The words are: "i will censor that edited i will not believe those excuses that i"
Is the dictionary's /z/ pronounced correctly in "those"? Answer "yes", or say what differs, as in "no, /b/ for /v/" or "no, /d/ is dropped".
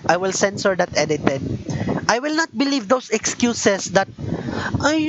no, /s/ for /z/